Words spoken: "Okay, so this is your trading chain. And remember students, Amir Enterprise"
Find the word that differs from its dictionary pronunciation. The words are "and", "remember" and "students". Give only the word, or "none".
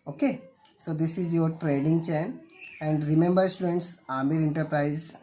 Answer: none